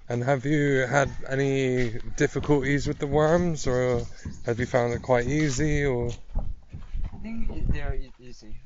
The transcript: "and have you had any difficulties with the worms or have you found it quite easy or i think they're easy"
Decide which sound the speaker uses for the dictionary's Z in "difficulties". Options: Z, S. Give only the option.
Z